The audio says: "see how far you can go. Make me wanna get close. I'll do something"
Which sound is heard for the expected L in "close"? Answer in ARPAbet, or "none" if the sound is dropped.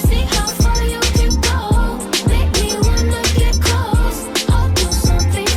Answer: none